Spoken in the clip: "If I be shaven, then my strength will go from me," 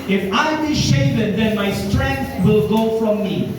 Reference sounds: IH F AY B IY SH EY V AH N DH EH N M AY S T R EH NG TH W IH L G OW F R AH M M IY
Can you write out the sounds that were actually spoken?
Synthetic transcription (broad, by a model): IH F AY B IY SH EY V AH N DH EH N M AY S T R EH NG TH W IH L G OW F R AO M M IY